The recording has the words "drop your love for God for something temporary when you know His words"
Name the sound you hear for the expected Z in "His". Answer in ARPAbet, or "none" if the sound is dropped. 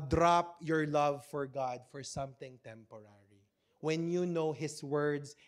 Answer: S